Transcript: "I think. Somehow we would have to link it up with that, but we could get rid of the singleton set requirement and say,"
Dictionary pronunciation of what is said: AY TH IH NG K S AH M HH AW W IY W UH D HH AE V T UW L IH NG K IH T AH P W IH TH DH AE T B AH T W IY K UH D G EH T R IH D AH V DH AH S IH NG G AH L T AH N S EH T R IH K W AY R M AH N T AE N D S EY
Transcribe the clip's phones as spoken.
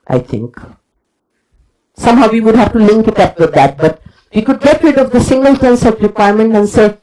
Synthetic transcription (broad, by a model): AY T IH NG K S AH M HH AW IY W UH D HH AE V T UW L IH NG K IH T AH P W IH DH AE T B AH T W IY K UH D G EH T R IH D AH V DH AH S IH NG G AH L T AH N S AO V R IH K W AY R M AH N T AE N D S EY